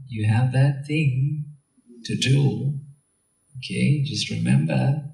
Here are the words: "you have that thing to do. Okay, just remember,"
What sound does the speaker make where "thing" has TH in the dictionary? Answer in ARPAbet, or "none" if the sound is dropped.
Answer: TH